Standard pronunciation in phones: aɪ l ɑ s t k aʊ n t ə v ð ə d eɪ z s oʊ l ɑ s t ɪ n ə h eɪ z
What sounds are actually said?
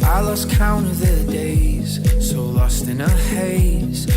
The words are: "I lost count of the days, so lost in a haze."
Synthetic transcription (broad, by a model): aɪ l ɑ s k aʊ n ə v ð ə d eɪ z s oʊ l ɑ s t ɪ n ə h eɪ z